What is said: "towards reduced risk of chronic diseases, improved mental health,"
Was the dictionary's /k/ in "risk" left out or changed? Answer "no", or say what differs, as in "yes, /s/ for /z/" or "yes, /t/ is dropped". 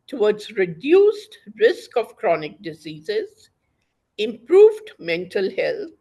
no